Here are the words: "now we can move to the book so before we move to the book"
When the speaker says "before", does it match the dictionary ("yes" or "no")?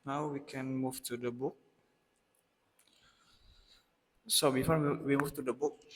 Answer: no